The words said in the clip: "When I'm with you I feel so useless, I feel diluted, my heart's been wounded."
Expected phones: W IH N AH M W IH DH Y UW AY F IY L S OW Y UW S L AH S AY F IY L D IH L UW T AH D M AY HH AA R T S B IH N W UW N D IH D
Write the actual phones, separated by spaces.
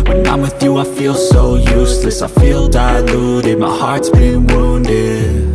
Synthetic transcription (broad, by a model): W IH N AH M W IH DH Y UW AY F IY L S OW Y UW S L AH S AY F IY L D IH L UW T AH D M AY HH AA R T S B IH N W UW N D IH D